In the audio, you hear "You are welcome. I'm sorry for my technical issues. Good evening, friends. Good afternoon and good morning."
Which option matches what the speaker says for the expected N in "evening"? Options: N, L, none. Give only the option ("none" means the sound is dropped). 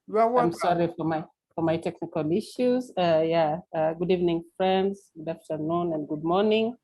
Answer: N